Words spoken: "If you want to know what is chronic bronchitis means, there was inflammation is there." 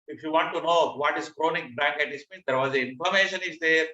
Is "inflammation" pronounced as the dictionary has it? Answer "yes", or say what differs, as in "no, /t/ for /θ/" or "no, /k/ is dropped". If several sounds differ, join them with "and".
no, /l/ is dropped